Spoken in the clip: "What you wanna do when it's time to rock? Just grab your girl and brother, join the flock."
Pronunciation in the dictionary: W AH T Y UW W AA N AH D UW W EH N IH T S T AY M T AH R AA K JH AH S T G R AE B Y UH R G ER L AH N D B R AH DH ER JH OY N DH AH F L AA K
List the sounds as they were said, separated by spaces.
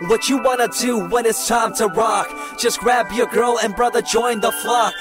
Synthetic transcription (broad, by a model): W AH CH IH W AA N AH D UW W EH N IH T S T AY M T AH R AA K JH AH S G R AE B Y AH R G ER L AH N B R AH DH ER JH OY N DH AH F L AA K